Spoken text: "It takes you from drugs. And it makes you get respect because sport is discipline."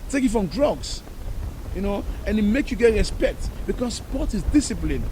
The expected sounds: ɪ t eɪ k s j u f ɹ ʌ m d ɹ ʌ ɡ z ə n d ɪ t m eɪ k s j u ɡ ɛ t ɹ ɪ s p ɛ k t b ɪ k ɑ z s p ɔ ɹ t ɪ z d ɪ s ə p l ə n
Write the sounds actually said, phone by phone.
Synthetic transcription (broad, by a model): t eɪ k j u f ɹ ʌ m d ɹ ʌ ɡ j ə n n ɪ t m eɪ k j u ɡ ɛ t ɹ ɪ s p ɛ k t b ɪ k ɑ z s p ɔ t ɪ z d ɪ s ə p l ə n